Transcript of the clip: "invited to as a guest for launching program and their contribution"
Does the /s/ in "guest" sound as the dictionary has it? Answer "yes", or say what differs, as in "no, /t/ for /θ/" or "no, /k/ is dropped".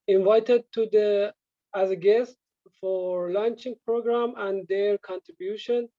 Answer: yes